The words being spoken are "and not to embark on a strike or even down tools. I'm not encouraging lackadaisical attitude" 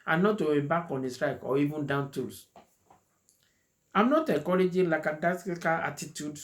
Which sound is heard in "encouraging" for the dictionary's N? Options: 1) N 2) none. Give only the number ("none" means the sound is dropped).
2